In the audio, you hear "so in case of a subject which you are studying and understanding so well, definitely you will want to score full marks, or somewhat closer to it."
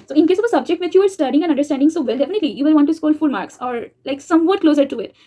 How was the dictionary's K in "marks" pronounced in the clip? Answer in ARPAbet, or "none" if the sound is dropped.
K